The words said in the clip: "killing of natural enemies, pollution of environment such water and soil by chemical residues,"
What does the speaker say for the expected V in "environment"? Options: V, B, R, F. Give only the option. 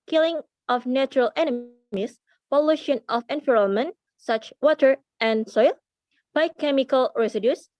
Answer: F